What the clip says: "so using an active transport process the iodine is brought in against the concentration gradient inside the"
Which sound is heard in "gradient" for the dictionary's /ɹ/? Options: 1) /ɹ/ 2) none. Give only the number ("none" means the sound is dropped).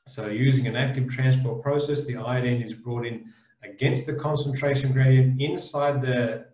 1